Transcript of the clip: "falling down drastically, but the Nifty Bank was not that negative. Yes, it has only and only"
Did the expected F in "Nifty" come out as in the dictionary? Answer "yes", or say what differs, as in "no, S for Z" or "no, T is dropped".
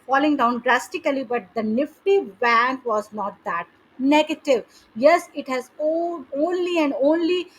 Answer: yes